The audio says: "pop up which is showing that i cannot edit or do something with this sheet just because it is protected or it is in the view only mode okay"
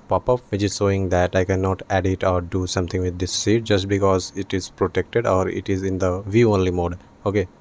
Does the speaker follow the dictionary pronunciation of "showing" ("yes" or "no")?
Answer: no